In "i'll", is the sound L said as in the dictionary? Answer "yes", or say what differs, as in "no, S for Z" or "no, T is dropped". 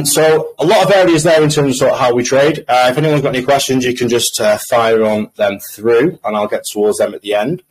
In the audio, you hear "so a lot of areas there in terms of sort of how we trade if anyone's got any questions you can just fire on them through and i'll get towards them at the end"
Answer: yes